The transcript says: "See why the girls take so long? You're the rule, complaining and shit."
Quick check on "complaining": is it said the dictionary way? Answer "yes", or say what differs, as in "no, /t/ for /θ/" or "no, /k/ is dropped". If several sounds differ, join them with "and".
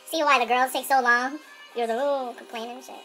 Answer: no, /n/ is dropped